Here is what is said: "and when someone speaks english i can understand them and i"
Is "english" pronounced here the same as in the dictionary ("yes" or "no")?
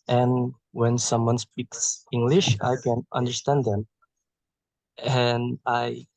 yes